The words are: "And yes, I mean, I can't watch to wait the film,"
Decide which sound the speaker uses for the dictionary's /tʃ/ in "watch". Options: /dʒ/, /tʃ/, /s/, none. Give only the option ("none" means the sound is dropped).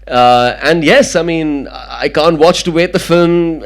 /tʃ/